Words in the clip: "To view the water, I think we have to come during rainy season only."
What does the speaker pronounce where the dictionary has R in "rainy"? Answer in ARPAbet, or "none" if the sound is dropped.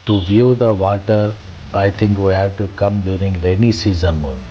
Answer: L